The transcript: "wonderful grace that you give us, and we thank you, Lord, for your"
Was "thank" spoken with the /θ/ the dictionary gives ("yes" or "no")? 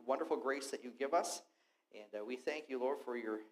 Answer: yes